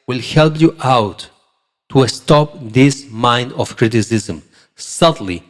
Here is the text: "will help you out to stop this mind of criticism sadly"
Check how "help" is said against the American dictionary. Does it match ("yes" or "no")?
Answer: yes